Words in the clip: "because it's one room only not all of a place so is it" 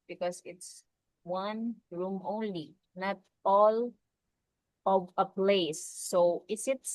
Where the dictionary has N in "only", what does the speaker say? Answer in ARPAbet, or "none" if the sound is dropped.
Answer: N